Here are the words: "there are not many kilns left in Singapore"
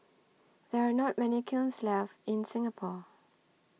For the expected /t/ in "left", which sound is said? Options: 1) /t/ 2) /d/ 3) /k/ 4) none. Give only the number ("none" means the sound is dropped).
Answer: 4